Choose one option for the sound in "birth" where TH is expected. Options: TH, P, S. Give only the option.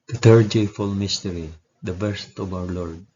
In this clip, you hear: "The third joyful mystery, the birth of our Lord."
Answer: S